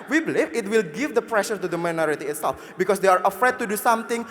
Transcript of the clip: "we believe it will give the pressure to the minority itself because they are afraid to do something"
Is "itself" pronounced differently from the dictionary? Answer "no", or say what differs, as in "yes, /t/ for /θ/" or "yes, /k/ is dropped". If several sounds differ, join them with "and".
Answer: no